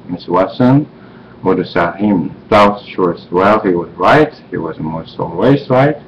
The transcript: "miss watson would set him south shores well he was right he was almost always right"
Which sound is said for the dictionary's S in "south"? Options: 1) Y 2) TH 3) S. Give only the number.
2